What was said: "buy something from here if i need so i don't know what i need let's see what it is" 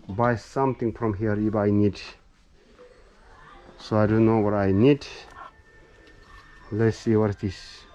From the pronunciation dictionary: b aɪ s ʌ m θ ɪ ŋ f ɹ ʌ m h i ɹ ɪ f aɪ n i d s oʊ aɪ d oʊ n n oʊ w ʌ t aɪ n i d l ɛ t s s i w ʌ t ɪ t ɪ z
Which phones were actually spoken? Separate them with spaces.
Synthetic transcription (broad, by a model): b aɪ s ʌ m t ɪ ŋ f ɹ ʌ m h i ɹ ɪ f aɪ n i d s oʊ aɪ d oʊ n n oʊ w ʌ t aɪ n i d l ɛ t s s i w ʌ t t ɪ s